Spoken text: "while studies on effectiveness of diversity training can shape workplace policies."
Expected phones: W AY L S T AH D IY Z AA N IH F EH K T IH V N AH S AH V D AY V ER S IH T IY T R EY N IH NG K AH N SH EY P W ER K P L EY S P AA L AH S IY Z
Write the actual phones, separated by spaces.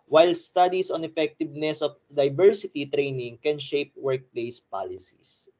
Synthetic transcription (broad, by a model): W AY L S T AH D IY S AA N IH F EH K T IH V N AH S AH F D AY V ER S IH T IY T R EY N IH NG K AH N SH EY P W ER K P L EY S P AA L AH S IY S